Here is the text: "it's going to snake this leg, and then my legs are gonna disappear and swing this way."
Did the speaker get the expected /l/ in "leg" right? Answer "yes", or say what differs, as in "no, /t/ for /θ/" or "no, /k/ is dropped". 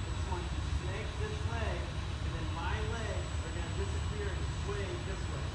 no, /w/ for /l/